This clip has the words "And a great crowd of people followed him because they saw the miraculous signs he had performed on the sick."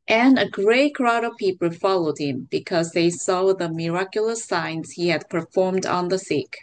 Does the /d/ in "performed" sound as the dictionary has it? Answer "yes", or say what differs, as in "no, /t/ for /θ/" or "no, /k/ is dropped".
yes